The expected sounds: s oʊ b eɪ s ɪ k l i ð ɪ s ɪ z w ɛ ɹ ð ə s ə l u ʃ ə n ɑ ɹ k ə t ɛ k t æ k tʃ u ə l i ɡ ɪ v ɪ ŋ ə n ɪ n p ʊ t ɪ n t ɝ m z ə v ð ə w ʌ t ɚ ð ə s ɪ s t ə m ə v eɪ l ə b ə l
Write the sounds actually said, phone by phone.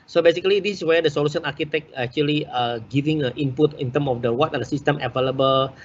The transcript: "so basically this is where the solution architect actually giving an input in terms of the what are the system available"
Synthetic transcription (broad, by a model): s oʊ b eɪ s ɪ k l i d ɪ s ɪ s w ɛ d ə s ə l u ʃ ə n ɑ ɹ k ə t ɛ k æ k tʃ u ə l i ɡ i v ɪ ŋ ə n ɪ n p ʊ t ɪ n t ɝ m ə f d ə w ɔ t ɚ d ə s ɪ s t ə m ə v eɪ l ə b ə l